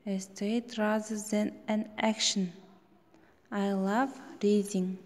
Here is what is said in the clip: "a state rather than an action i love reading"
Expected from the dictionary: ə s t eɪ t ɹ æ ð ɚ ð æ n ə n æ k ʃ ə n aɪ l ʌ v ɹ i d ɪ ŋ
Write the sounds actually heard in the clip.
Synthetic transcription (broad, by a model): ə s t eɪ t ɹ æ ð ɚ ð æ n ə n æ k ʃ ə n aɪ l ʌ v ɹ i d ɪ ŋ